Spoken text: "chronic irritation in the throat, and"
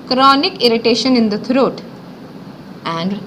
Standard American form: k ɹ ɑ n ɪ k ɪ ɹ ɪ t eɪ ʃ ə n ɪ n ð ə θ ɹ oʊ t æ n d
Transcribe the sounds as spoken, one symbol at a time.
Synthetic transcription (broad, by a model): k ɹ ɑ n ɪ k ɪ ɹ ɪ t eɪ ʃ ə n ɪ n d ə t ɹ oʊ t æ n d